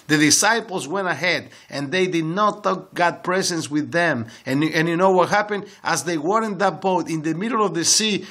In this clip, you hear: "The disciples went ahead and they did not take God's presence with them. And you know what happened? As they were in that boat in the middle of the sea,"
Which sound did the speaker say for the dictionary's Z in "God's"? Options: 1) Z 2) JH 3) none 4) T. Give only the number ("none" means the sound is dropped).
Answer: 3